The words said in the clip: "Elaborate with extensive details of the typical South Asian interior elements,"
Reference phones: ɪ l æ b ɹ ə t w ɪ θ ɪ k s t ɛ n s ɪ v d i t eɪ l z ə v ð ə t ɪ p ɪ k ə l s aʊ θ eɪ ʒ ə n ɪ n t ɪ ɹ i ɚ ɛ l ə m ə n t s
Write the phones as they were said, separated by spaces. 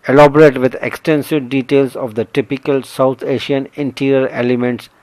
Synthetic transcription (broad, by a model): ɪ l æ b ɹ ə t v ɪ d ɪ k s t ɛ n s ɪ v d i t eɪ l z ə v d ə t ɪ p ɪ k ə l s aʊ t eɪ ʃ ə n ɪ n t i ɹ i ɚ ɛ l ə m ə n t s